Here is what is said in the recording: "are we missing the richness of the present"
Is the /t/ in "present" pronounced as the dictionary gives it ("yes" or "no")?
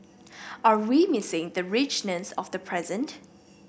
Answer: yes